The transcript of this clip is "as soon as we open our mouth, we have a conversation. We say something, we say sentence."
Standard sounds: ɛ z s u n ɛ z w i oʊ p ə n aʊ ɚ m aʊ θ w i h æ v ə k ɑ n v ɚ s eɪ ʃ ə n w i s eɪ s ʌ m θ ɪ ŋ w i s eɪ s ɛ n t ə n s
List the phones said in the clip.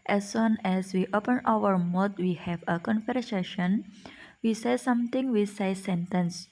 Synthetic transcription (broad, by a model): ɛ s u n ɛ s w i oʊ p ə n aʊ ɚ m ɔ t w i h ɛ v ə k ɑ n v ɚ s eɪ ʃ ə n w i s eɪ s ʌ m t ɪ ŋ w i s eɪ s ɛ n t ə n s